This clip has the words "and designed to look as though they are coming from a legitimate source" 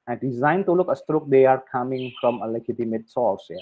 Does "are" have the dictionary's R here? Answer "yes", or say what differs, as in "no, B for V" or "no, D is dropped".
yes